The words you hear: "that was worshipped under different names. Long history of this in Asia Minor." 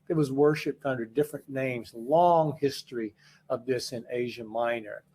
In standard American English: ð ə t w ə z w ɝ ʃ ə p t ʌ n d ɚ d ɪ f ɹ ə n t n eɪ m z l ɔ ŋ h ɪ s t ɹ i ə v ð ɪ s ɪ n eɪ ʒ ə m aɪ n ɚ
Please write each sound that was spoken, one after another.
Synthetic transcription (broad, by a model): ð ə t w ə z w ɝ ʃ ə p t ʌ n d ɚ d ɪ f ɹ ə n n eɪ m z l ɔ ŋ h ɪ s t ɹ i ə v ð ɪ s ɪ n eɪ ʒ ə m aɪ n ɚ